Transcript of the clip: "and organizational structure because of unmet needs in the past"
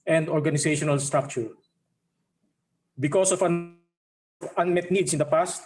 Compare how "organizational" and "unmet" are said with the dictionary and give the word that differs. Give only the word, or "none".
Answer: organizational